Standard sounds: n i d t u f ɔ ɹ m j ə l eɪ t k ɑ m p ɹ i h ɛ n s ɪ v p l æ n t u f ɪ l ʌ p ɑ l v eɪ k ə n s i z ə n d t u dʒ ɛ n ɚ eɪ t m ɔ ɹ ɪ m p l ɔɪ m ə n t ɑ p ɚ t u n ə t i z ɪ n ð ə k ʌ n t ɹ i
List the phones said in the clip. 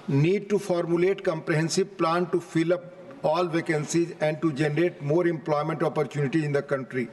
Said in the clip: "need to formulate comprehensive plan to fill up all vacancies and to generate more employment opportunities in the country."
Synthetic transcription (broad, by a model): n i d t u f ɔ ɹ m j ə l eɪ t k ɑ m p ɹ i h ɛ n s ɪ b p l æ n t u f ɪ l ʌ p ɑ l v eɪ k ə n s i z ə n d t u dʒ ɛ n ɚ eɪ t m ɔ ɹ ɪ m p l ɔɪ m ə n t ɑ p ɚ t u n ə t i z ɪ n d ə k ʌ n t ɹ i